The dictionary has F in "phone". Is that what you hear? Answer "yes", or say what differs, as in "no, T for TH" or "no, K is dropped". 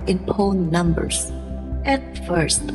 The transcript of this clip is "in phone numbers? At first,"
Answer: no, P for F